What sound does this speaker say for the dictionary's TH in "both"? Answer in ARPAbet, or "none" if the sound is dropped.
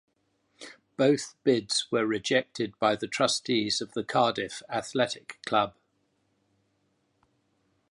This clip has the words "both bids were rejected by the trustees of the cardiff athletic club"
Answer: TH